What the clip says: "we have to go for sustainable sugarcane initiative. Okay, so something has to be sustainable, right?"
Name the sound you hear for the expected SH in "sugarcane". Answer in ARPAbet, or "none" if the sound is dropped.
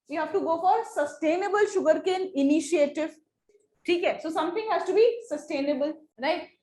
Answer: SH